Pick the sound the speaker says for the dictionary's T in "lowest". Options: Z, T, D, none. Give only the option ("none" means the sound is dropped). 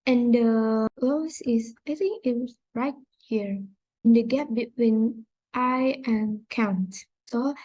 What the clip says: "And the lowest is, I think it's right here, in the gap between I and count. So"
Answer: none